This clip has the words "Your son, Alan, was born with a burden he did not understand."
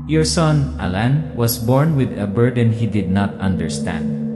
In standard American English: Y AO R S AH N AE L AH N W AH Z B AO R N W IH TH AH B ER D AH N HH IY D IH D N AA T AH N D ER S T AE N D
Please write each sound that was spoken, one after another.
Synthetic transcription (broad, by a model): Y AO R S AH N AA L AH N W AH S B AO R N W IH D AH B ER D AH N HH IY D IH D N AA T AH N D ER S T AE N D